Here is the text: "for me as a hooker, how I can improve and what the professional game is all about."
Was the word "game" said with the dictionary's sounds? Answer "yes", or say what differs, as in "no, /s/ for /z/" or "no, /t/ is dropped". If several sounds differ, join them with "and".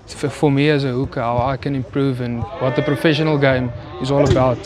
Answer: yes